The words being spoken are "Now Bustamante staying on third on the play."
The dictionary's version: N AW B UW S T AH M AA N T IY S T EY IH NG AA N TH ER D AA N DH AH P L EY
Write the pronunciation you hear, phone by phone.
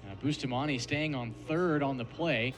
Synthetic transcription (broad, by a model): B UW S T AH M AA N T IY S T EY IH NG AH N TH ER D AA N DH AH P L EY